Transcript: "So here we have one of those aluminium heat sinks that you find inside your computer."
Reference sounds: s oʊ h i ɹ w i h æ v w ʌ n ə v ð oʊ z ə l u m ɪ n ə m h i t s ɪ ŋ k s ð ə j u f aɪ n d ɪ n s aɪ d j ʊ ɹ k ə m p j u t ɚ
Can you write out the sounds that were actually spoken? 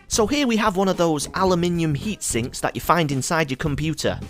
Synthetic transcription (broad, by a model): s oʊ h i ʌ w i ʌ v w ʌ n ə v ð oʊ z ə l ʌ m ɪ n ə m h i t s ɪ ŋ k s ð ə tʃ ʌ f aɪ n d ɪ n s aɪ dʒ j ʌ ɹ k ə m p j u t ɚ